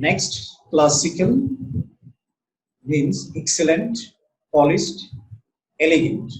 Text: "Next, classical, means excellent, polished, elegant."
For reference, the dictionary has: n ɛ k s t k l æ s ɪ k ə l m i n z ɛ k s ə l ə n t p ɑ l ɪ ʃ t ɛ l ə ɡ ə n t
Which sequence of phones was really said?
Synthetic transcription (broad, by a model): n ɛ k s t k l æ s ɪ k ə l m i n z ɛ k s ə l ə n t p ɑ l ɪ s t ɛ l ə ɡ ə n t